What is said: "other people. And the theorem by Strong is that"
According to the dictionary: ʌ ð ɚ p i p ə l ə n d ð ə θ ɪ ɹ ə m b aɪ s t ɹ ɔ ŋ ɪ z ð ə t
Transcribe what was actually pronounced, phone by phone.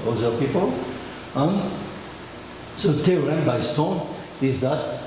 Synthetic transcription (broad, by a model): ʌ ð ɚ p i p ə l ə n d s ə t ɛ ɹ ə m b aɪ s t ɔ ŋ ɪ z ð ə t